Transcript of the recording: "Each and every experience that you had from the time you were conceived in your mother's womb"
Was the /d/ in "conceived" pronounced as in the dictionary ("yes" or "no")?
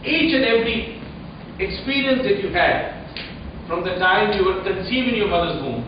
no